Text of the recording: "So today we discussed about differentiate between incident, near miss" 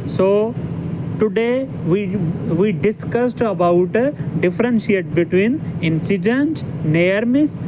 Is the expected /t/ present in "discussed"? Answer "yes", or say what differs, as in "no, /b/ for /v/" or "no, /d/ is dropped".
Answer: yes